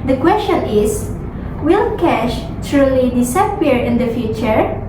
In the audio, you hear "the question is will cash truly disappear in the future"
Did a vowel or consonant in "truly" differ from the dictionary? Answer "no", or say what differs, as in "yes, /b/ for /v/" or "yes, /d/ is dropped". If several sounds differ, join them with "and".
no